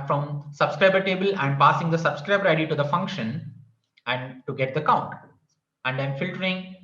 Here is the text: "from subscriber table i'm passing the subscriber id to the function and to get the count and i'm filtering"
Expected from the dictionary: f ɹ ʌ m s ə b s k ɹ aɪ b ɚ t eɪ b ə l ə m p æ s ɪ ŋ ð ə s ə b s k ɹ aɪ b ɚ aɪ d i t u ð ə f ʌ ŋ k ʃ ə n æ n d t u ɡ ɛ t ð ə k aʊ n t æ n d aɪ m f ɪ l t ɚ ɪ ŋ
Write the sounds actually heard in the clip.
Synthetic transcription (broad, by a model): f ɹ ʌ m s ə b s k ɹ aɪ b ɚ t eɪ b ə l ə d p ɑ s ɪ ŋ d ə s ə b s k ɹ aɪ b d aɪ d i t u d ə f ʌ ŋ k ʃ ə n æ n d t u ɡ ɛ t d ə k aʊ n t æ n d aɪ m f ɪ l t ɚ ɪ ŋ